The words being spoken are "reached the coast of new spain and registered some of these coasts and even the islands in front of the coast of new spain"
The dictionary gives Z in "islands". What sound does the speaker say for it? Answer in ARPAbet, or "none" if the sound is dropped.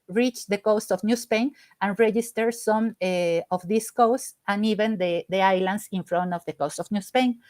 S